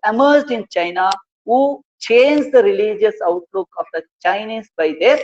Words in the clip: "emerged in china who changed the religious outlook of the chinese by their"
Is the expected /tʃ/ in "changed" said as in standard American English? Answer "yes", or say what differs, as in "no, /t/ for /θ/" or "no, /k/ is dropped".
yes